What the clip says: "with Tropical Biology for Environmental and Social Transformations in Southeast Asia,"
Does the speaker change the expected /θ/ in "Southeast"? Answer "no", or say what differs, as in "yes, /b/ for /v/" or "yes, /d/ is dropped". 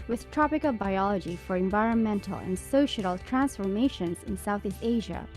no